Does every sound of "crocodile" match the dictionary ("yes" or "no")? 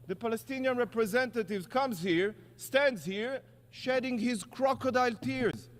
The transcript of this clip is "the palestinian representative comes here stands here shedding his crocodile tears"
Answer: yes